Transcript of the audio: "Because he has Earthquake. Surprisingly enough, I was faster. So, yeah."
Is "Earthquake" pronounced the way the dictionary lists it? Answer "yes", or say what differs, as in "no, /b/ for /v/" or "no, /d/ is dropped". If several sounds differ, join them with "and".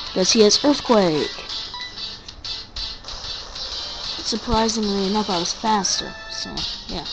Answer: yes